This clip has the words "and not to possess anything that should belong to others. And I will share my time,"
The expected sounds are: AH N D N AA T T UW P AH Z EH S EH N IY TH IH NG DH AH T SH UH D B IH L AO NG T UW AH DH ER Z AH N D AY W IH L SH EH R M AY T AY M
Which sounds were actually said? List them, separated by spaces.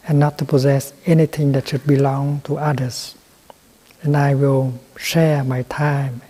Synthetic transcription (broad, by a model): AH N N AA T T UW P AH Z EH S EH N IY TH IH NG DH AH T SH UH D B IH L AO NG T UW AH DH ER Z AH N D AY W IH L SH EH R M AY T AY M